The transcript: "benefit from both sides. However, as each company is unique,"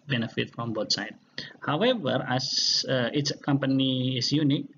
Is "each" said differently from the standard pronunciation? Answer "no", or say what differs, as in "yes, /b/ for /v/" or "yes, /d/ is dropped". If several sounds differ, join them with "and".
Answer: yes, /s/ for /tʃ/